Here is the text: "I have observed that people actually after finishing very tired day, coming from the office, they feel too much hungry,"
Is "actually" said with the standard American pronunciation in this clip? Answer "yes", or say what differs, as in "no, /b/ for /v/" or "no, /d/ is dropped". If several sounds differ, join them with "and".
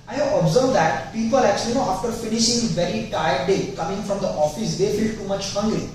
no, /n/ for /l/